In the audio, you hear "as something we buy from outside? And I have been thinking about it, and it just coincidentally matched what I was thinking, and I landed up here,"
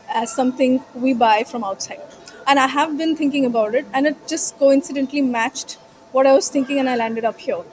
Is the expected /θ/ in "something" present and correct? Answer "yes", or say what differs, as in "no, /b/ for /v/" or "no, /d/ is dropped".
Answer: no, /t/ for /θ/